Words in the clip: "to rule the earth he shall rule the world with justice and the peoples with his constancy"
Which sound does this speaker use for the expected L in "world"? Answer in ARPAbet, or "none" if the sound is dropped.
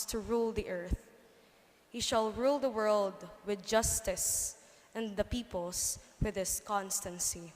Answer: L